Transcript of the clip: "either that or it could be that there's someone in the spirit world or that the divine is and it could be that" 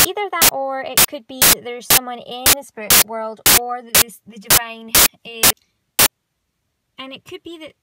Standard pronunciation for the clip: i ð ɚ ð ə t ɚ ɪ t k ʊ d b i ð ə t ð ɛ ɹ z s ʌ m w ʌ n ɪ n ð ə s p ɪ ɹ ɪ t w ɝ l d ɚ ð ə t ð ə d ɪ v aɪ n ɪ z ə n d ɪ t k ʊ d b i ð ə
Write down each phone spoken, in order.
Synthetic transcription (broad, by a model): i ð ɚ ð ə t ɚ ɪ t k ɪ d b i ð ə t ð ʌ ɹ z s ʌ m w ʌ n ɪ n ð ə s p ɹ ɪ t w ɝ l d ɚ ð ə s ð ə d ɪ v aɪ n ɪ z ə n ɪ t k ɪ d b i ð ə